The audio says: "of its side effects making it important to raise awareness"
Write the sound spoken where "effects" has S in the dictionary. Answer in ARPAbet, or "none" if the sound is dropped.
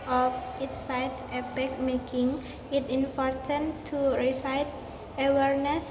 none